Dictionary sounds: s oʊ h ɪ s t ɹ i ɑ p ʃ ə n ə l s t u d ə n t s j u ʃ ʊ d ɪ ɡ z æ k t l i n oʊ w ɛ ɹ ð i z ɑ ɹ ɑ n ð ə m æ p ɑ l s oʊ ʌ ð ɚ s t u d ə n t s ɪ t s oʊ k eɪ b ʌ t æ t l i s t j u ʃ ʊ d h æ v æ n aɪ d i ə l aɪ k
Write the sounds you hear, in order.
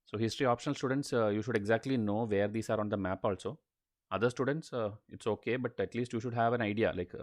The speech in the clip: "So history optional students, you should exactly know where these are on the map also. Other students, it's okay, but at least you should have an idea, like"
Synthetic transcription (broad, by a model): s oʊ h ɪ s t ɹ i ɑ p ʃ ə n ə l s t u d ə n t s j u ʃ ʊ d ɪ ɡ z æ k t l i n oʊ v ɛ ɹ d i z ɑ ɹ ɑ n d ə m æ p ɑ l s oʊ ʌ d ɚ s t u d ə n t s ɪ t s oʊ k eɪ b ʌ t æ t l i s t j u ʃ ʊ d h æ v æ n aɪ d i ə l aɪ k